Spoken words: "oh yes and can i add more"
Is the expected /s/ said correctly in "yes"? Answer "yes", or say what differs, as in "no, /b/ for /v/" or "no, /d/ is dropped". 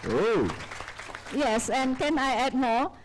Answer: yes